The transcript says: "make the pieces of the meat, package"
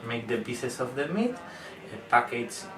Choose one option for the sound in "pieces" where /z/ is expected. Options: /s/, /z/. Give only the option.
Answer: /s/